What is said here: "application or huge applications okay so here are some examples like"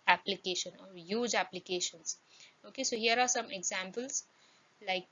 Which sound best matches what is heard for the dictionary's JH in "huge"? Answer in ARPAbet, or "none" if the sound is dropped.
JH